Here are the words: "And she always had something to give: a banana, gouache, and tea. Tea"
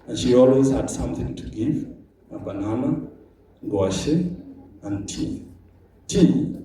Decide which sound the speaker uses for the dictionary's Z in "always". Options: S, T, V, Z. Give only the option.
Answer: Z